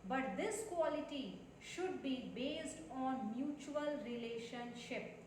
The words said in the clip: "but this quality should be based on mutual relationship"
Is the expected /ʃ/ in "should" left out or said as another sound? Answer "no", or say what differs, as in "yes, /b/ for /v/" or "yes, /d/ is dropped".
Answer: no